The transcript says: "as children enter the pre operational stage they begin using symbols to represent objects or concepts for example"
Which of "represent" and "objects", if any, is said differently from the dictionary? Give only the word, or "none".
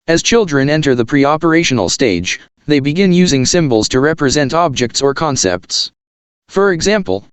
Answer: none